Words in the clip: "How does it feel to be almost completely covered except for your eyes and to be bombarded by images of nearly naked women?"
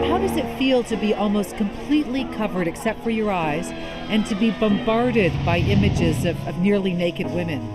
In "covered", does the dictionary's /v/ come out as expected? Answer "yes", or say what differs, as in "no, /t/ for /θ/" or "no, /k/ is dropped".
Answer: yes